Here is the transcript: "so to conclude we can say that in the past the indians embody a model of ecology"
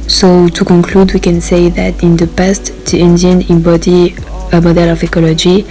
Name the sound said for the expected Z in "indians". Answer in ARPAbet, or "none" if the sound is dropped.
none